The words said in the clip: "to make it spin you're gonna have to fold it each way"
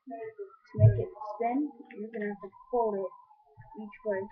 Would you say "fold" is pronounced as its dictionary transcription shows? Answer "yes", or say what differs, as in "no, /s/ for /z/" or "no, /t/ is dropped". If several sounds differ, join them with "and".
no, /d/ is dropped